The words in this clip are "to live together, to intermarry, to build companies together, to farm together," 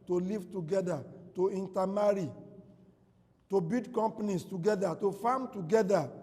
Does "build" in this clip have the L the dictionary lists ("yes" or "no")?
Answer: no